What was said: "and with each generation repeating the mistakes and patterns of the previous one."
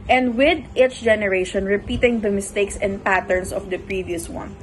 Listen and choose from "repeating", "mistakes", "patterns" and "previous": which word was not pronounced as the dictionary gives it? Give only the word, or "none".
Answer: patterns